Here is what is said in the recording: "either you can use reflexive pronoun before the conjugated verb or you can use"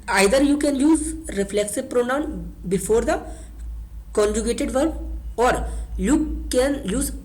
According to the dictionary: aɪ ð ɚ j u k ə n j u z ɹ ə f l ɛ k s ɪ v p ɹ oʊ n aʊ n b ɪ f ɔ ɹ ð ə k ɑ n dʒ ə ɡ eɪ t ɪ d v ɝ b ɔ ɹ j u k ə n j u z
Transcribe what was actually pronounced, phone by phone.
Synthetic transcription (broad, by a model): aɪ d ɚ j u k ə n j u z ɹ ə f l ɛ k s ɪ v p ɹ oʊ n aʊ n b ɪ f ɔ ɹ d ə k ɑ n dʒ ə ɡ eɪ t ɪ d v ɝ ɔ ɹ j u k ə n j u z